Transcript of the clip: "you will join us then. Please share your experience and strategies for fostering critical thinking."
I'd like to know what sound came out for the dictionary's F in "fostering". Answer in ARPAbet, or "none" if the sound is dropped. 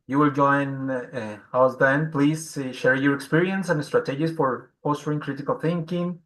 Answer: P